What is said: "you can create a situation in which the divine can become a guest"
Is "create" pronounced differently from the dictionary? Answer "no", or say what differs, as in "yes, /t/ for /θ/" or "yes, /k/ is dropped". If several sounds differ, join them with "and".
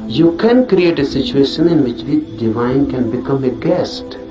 no